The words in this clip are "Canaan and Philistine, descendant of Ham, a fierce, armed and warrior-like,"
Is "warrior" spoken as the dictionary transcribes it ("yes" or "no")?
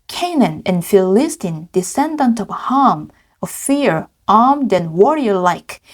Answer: yes